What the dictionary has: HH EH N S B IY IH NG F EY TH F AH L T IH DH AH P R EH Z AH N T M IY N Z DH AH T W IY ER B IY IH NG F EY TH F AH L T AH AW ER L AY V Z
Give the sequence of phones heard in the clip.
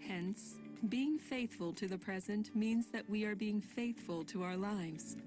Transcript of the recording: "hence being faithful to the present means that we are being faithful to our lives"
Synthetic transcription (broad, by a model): HH EH N S B IY IH NG F EY TH F AH L T IH DH AH P R EH Z AH N T M IY N Z DH AH T W IY ER B IY IH NG F EY TH F AH L T AH AW ER L AY V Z